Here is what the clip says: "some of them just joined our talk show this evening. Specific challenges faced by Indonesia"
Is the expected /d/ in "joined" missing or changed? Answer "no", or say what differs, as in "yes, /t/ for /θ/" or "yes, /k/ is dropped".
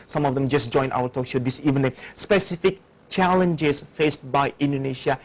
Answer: yes, /d/ is dropped